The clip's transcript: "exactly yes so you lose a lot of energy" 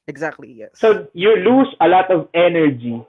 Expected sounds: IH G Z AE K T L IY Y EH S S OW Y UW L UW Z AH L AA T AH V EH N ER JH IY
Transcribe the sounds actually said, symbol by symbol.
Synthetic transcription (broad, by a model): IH G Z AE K T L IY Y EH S S OW Y UW L UW S AH L AA T AH V EH N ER JH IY